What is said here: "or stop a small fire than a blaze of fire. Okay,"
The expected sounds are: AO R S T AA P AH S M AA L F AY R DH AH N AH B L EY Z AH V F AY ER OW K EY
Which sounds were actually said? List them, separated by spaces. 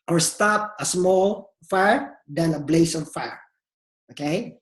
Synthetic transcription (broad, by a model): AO R S T AA P AH S M AA L F AY R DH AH N AH B L EY S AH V F AY ER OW K EY